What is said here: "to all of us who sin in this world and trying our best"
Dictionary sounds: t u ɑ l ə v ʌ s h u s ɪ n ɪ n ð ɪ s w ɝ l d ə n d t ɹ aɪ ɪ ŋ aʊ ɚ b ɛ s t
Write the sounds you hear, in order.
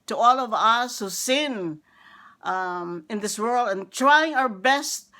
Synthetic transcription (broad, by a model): t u ɑ l ə v ʌ s h u s ɪ n ɪ n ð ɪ s w ɝ l d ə n t ɹ aɪ ɪ ŋ aʊ ɚ b ɛ s t